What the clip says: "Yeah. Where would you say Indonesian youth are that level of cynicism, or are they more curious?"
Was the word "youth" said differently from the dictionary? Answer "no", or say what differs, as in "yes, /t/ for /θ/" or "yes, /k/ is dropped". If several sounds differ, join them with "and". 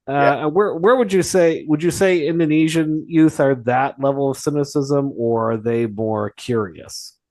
no